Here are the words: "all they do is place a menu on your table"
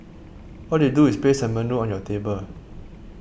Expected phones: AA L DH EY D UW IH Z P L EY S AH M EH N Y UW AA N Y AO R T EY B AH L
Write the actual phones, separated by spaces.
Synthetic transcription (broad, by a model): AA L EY D UW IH S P EY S AH M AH N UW AA N Y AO T EY B AH L